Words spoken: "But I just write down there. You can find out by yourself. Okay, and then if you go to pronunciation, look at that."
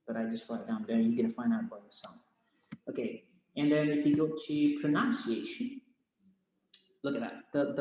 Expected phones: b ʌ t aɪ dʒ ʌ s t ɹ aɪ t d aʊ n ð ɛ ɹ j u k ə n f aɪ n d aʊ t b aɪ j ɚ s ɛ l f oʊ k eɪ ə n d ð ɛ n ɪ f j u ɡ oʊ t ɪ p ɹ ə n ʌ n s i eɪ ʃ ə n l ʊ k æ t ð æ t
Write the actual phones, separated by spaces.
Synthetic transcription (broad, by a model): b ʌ t aɪ dʒ ʌ s t w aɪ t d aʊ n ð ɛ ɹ j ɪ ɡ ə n f aɪ n d aʊ t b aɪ j ɚ s ɛ l f oʊ k eɪ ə n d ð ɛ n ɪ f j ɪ ɡ oʊ t ɪ p ɹ ə n ʌ n s i eɪ ʃ ə n l ʊ k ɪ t ð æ t